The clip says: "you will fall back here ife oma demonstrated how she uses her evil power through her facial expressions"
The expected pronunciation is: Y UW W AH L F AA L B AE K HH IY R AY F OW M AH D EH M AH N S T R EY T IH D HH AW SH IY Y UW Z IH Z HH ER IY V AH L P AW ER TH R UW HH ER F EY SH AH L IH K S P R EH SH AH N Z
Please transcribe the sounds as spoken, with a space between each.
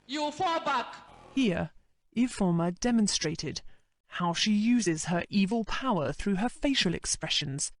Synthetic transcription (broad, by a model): Y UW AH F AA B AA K HH IY R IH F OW M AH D EH M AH N S T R EY T IH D HH AW SH IY Y UW Z IH Z ER IY V AH L P AW ER TH R UW ER F EY SH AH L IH K S P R EH SH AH N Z